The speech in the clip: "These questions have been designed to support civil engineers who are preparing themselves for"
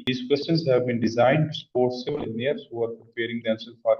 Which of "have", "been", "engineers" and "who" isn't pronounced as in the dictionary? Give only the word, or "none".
engineers